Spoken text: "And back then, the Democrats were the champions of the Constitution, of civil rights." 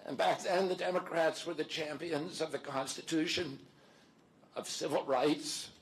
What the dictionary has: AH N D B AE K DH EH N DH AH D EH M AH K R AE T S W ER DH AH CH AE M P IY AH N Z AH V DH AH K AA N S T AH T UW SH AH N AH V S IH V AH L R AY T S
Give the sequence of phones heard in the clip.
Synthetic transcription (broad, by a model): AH N B AE K DH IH N DH AH D EH M AH K R AE T S W ER DH AH CH AE M P IY AH N Z AH V DH AH K AA N S T AH T UW SH AH N AH V S IH V L R AY T S